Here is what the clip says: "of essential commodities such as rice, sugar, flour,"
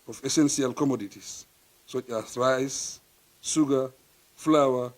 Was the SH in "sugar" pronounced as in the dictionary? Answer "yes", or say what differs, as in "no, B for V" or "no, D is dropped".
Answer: no, S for SH